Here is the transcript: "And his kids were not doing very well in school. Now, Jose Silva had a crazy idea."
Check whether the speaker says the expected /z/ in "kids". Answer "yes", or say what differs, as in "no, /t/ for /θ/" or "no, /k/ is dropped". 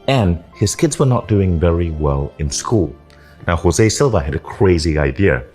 yes